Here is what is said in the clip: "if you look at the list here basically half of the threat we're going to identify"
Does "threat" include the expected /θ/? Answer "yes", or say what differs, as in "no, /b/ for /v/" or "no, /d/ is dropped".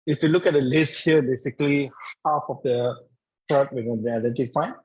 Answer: no, /t/ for /θ/